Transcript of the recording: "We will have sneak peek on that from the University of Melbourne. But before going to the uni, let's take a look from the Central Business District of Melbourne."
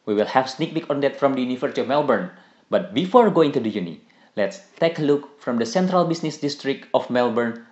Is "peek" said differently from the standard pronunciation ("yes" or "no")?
yes